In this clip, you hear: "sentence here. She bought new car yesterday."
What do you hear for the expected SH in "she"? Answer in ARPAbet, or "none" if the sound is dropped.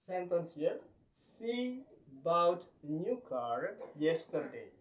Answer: S